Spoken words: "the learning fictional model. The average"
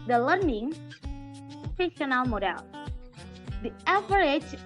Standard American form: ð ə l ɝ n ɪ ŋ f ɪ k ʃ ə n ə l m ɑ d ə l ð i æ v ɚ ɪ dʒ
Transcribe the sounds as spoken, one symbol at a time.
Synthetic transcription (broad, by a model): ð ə l ɝ n ɪ ŋ p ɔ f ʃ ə n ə l m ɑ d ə l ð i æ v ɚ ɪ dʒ